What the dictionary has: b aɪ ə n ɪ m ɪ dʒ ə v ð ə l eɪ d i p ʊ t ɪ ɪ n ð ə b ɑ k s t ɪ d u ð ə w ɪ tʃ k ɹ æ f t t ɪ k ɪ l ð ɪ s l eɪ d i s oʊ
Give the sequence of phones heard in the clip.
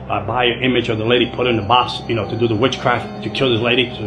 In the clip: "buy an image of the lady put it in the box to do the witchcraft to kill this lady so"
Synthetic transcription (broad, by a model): b aɪ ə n ɪ m ɪ dʒ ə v ð ə l eɪ d i p ʊ t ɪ ɪ n ð ə b ɑ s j t ɪ d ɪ ð ə w ɪ tʃ k ɹ æ f t t ɪ k ɪ l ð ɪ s l eɪ d i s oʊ